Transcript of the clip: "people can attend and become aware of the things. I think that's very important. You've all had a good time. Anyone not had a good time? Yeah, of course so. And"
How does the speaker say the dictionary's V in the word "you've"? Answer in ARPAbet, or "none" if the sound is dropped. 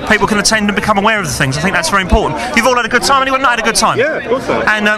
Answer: V